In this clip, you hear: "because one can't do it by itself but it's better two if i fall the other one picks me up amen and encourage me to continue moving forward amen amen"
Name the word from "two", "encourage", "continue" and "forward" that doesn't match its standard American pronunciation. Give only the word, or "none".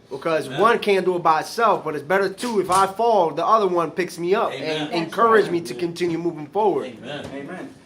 none